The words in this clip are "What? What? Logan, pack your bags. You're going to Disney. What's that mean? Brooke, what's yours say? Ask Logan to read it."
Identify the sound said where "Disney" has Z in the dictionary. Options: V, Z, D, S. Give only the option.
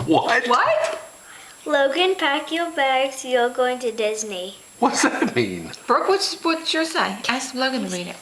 Z